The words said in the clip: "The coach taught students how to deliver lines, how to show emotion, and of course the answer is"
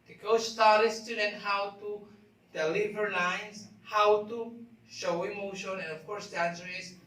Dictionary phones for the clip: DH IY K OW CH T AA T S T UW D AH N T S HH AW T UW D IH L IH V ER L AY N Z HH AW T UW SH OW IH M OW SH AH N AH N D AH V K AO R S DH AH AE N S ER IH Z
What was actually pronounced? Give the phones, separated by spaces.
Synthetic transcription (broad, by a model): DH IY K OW S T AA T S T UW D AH N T HH AW T UW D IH L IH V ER L AY N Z HH AW T UW SH OW IH M OW SH AH N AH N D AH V K AO R S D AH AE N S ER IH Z